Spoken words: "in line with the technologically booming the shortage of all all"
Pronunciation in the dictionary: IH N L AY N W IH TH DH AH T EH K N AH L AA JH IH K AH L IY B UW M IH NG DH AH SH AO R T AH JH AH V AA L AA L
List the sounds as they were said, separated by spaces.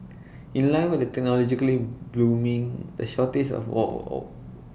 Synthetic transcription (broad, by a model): IH N L AY N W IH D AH T EH K N AH L AA JH IH K AH L IY B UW M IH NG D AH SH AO T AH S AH W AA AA